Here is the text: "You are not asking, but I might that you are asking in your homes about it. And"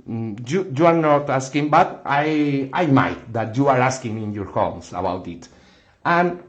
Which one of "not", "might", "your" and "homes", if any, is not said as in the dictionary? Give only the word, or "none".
homes